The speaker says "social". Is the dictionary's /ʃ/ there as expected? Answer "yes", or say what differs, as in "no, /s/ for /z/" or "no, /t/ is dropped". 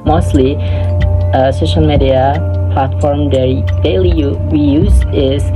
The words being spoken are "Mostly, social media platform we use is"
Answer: yes